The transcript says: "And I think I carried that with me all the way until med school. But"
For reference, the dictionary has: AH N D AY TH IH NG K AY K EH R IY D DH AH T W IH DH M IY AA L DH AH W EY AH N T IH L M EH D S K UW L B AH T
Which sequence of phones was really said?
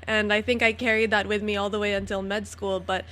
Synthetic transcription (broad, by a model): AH N AY TH IH NG K AY K EH R IY D DH AH T W IH DH M IY AA L DH AH W EY AH N T IH L M EH D S K UW L B AH T